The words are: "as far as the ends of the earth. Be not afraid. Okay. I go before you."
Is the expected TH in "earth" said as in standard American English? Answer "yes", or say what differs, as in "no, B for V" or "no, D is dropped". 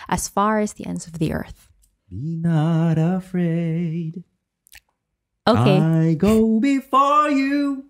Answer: yes